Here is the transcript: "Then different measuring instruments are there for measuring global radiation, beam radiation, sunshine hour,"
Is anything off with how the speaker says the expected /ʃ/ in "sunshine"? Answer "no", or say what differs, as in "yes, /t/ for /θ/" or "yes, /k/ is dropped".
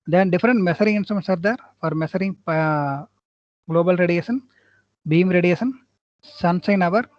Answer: yes, /s/ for /ʃ/